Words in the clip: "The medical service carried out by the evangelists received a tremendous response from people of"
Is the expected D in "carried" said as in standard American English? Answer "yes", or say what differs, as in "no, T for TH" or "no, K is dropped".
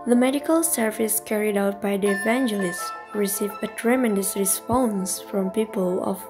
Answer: yes